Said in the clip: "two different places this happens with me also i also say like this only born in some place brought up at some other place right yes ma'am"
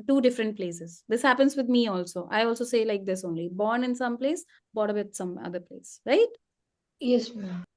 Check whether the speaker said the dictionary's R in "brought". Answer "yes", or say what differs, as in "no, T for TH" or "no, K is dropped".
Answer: no, R is dropped